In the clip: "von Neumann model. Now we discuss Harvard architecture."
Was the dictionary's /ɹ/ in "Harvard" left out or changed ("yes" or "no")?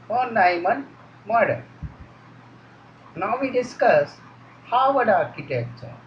yes